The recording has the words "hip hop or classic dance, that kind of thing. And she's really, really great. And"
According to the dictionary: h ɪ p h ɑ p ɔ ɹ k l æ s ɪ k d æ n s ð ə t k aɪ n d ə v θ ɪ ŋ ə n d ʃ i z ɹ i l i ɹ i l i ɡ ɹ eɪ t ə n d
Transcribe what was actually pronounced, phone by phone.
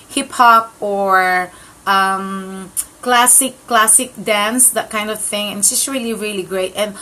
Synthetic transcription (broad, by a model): h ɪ p h ɑ p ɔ ɹ k l æ s ɪ k d æ n s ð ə t k aɪ n d ə v θ ɪ ŋ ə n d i s ɹ i l i ɹ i l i ɡ ɹ eɪ t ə n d